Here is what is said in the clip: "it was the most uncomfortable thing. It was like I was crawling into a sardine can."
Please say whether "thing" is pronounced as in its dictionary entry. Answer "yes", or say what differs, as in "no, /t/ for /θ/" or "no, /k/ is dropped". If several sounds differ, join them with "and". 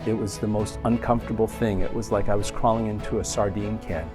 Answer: yes